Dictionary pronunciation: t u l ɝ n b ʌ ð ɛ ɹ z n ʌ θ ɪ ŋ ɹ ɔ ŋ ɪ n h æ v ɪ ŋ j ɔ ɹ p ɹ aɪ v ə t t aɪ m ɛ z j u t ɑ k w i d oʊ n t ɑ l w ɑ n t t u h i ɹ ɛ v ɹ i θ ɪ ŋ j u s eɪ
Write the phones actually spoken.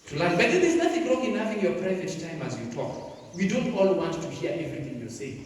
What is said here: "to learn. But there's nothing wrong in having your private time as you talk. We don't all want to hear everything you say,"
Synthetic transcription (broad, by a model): t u l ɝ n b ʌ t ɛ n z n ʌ f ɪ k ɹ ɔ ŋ ɪ n h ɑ v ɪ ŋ j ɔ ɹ p ɹ aɪ v ə t t aɪ m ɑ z j u t ɑ k w i d oʊ n t ɑ l w ɑ n t t u h i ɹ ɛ v ɹ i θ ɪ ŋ j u s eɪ